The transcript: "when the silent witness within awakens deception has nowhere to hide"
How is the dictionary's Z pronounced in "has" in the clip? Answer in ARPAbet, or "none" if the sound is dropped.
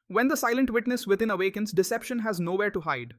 Z